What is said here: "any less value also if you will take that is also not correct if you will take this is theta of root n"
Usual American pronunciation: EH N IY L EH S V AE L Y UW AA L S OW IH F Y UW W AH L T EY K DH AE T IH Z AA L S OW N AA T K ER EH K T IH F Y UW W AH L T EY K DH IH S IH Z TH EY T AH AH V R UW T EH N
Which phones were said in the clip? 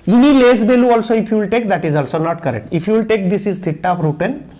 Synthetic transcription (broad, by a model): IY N IY L EH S B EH L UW AA L S OW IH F Y UW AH L T EY K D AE T IH Z AA L S OW N AA T K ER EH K T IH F Y UW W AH L T EY K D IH S IH Z T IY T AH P R UW T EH N